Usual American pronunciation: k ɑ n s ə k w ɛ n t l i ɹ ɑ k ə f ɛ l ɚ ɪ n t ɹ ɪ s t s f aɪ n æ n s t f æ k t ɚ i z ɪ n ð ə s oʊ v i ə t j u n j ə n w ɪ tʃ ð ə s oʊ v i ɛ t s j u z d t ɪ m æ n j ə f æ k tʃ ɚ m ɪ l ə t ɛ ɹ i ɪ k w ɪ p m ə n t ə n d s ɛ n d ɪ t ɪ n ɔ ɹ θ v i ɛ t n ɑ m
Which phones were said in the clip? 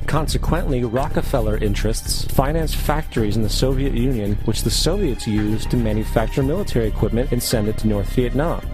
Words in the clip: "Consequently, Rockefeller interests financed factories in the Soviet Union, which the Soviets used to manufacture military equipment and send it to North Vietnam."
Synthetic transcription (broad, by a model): k ɑ n s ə k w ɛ n t l i ɹ ɑ k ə f ɛ l ɚ ɪ n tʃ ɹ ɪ s t s f aɪ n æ n s f æ k t ɚ i z n ð ə s oʊ v i ə t j u n j ə n w ɪ tʃ ð ə s oʊ v i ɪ t s j u z t ɪ m æ n j ə f æ k tʃ ɚ m ɪ l ə t ɛ ɹ i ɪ k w ɪ p m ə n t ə n s ɛ n d ɪ t ɪ n ɔ ɹ θ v i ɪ t n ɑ m